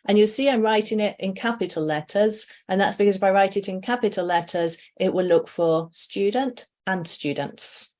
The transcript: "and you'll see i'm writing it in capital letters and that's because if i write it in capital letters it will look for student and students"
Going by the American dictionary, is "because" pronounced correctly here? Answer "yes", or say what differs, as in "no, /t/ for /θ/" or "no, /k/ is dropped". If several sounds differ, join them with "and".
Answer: yes